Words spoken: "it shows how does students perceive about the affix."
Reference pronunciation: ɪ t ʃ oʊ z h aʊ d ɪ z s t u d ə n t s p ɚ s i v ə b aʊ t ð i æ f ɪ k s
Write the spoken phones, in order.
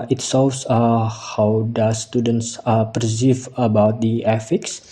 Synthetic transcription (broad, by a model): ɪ t s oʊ s h aʊ d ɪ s t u d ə n t s p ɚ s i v ə b aʊ t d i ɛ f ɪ k s